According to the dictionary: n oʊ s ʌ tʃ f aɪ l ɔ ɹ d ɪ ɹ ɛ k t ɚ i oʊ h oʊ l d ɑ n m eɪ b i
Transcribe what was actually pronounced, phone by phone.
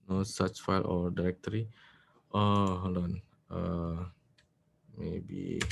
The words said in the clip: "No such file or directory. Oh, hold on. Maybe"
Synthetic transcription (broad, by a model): n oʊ s ʌ tʃ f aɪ l ɔ ɹ d ɪ ɹ ɛ k t ɚ i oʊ h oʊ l ɑ n m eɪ b i